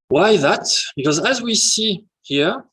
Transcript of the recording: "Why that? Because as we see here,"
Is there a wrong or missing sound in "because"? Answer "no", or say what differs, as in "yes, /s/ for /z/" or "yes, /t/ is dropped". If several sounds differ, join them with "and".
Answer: no